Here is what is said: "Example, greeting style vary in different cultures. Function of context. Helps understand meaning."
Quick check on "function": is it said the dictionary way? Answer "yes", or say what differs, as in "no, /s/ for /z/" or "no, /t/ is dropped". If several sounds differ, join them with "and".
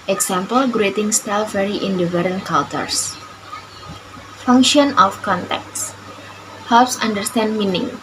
yes